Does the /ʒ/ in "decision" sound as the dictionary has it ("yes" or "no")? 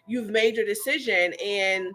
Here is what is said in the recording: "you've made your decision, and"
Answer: yes